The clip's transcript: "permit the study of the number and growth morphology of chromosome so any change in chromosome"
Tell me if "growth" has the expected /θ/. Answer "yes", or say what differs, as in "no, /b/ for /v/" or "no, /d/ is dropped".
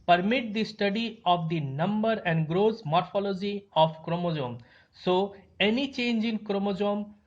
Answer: no, /s/ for /θ/